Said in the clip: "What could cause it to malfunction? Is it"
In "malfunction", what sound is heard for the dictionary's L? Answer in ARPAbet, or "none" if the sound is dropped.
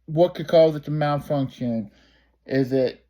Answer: N